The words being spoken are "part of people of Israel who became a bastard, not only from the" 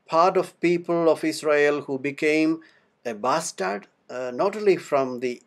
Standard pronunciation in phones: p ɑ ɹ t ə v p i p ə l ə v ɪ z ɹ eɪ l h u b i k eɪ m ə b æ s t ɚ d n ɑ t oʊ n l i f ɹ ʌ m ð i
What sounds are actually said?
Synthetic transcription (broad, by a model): p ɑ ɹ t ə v p i p ə l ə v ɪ s ɹ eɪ l h u b i k eɪ m ə b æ s t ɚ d n ɑ t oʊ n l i f ɹ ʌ m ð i